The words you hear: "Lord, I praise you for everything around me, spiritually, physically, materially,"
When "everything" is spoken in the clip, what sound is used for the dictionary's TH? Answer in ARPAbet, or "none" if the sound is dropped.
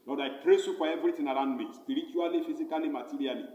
T